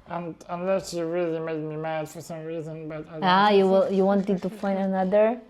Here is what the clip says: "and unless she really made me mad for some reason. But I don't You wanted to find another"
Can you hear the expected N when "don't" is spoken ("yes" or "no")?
no